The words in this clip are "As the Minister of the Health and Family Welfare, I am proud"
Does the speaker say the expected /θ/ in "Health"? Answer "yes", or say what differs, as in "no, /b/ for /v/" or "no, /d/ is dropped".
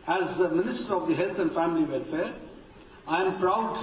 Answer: no, /t/ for /θ/